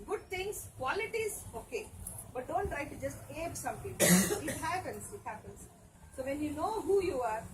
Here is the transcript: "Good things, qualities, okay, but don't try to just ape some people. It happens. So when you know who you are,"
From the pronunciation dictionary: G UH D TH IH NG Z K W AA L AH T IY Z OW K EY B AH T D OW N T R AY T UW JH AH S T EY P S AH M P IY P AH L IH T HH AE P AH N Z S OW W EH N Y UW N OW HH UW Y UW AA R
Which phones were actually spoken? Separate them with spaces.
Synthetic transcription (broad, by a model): G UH D T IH NG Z K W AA L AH T IY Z OW K EY B AH T D OW N T R AY T UW JH AH S T EY B S AH M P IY P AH N IH T HH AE P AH N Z S OW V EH N Y UW N OW HH UW Y UW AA R